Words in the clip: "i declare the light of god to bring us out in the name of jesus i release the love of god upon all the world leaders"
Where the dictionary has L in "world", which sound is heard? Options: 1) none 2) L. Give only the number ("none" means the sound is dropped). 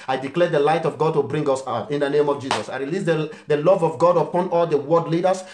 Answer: 1